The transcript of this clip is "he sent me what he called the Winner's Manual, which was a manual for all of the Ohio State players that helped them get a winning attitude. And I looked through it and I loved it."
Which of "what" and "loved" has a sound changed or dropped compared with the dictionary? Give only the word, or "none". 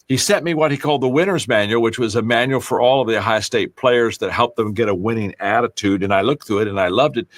none